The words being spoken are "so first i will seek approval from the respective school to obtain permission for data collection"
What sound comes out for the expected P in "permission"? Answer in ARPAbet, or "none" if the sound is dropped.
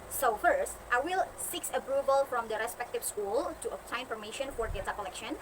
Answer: F